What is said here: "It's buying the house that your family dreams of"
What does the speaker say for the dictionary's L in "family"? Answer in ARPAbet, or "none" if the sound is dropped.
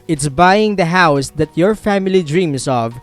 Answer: L